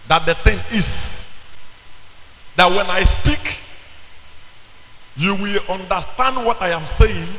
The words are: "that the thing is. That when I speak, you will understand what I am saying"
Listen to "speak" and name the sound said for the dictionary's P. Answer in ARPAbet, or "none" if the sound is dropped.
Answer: P